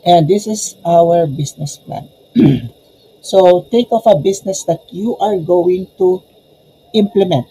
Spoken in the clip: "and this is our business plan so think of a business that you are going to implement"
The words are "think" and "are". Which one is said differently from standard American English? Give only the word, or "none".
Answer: think